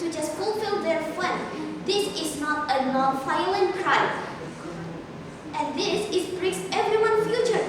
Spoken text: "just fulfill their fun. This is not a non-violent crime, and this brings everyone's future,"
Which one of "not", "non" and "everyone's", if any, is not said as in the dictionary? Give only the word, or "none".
everyone's